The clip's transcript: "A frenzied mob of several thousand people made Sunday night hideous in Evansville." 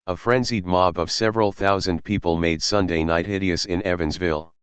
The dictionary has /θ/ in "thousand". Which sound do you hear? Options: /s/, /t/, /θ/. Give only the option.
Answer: /θ/